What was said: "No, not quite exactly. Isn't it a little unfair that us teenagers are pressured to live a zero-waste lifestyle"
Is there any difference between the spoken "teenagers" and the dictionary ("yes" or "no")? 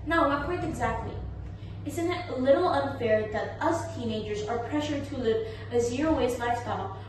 no